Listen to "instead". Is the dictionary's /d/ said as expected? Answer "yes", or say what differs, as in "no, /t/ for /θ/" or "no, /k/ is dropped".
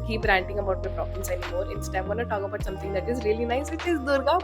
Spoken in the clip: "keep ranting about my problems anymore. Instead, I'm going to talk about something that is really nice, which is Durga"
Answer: no, /d/ is dropped